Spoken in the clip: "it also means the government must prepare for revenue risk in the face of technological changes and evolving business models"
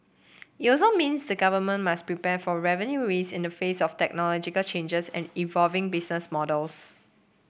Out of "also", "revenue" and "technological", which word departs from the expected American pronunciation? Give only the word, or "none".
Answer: also